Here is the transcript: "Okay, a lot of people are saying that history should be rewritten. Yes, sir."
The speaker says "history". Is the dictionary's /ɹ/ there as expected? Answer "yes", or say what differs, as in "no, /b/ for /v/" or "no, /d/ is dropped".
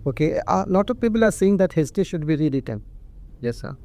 no, /ɹ/ is dropped